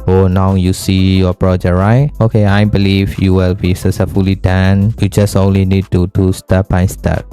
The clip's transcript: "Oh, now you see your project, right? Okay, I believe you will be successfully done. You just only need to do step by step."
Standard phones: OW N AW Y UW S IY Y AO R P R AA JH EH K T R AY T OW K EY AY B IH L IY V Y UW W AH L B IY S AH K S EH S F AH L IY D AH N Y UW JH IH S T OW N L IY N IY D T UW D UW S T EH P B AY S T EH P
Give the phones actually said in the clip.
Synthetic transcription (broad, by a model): OW N AW Y UW S IY Y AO P R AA JH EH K R AY T OW K EY AY B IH L IY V Y UW W AH L B IY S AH S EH F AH L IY D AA N Y UW JH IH S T OW N L IY N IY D T UW D UW S T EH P B AY S T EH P